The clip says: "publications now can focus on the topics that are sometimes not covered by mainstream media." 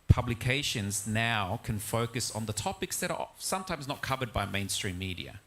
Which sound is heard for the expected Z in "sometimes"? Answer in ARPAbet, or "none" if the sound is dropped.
Z